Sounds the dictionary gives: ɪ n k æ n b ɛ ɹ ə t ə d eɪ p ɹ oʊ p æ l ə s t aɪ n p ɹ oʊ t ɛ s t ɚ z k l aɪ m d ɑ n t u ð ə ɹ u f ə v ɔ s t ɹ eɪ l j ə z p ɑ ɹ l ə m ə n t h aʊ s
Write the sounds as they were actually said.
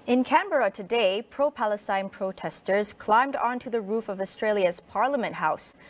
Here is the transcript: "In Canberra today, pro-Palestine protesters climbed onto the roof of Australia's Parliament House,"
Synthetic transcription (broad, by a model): ɪ n k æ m b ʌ ɹ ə t ə d eɪ p ɹ oʊ p æ l ə s t aɪ n p ɹ oʊ t ɛ s t ɚ z k l aɪ m d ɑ n t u ð ə ɹ u f ə v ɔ s t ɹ eɪ l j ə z p ɑ ɹ l ə m ə n t h aʊ s